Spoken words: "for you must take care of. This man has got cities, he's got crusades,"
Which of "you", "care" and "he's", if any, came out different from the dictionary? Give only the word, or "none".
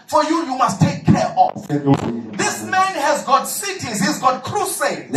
none